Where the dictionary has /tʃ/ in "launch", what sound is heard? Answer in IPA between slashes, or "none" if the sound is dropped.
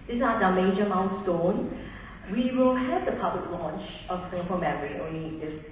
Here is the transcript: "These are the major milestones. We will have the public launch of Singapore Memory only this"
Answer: /tʃ/